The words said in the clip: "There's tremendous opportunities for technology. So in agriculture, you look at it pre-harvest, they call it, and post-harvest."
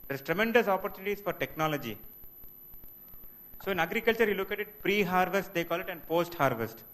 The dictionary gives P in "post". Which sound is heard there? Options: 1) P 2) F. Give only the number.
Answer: 1